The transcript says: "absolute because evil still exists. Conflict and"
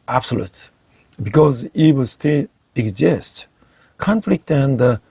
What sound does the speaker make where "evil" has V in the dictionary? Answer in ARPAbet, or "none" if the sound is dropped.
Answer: W